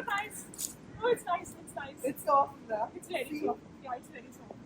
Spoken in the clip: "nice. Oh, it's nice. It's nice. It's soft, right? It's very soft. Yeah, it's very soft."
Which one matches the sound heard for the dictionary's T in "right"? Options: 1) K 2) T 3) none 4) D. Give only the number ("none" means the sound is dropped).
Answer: 3